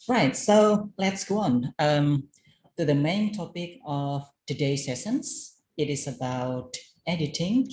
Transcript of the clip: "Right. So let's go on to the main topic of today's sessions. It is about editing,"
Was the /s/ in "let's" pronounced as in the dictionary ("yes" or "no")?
yes